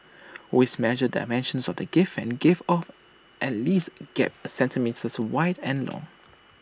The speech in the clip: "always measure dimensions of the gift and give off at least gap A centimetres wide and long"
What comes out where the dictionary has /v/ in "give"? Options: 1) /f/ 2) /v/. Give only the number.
1